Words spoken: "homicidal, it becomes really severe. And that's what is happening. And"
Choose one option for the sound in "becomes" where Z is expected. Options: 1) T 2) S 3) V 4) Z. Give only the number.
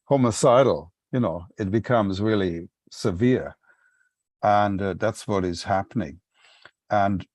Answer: 4